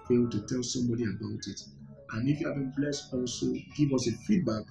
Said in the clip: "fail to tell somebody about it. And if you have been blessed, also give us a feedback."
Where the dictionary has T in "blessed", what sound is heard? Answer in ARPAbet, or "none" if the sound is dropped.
T